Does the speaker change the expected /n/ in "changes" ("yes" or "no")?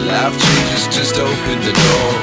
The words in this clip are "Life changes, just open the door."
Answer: yes